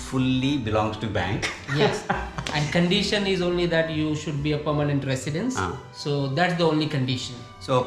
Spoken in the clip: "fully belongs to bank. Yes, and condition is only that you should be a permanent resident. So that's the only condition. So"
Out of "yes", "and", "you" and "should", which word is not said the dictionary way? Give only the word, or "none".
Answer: none